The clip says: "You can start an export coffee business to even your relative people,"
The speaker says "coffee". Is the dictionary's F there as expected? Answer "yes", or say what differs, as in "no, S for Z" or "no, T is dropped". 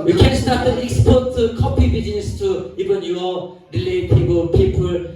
no, P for F